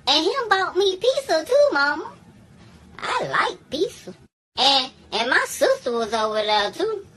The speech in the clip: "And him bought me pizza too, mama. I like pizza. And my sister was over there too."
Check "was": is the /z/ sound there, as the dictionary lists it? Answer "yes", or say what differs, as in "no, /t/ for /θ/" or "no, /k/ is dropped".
yes